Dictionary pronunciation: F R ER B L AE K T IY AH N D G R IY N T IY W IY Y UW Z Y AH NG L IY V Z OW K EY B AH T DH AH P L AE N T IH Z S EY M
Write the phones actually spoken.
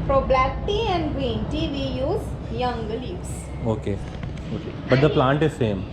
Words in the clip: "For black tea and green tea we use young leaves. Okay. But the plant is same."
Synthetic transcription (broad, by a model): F R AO B L AE K T IY AH N D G W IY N T IY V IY Y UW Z Y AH NG L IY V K OW K EY B AH T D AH P L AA N T IH Z S EY M